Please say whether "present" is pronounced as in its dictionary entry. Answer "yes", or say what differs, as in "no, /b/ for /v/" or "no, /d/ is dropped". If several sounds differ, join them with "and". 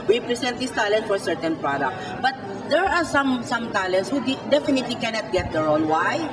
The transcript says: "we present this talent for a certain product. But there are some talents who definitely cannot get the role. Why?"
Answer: no, /s/ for /z/